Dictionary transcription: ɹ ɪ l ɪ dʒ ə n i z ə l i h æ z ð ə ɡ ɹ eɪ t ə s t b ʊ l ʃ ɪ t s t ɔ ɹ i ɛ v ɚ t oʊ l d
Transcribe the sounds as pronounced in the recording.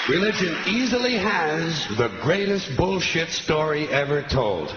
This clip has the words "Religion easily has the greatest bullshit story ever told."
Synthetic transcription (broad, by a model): ɹ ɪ l ɪ dʒ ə n i z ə l i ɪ z ð ə ɡ ɹ eɪ t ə s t b ʊ l ʃ ɪ t s t ɔ ɹ i ɛ v ɚ t oʊ l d